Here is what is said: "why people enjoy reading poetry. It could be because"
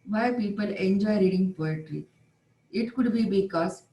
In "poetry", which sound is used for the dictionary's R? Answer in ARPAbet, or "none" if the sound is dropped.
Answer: R